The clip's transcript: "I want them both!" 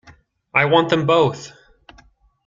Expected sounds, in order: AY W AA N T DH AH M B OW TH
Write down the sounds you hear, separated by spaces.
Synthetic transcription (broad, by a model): AY W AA N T DH AH M B OW TH